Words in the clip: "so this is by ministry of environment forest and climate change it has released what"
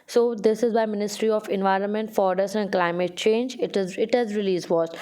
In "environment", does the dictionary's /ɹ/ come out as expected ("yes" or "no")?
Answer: yes